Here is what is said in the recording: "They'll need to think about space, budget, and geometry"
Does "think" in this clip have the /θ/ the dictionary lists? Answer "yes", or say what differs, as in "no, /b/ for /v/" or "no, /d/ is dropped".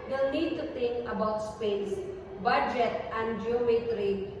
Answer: no, /t/ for /θ/